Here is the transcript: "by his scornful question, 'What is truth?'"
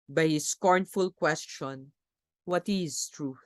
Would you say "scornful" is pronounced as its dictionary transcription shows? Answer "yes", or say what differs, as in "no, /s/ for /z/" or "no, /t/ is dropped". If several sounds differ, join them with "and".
yes